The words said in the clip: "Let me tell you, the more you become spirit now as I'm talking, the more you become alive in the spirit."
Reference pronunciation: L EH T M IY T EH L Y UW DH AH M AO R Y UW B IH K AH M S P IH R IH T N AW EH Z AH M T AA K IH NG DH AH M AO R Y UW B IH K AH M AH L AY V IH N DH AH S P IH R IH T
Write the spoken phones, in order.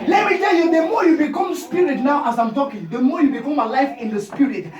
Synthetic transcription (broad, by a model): L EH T M IY T EH L Y UW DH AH M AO Y UW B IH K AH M S P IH R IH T N AW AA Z AH M T AA K IH NG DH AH M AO Y UW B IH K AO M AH L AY F IH N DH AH S P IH R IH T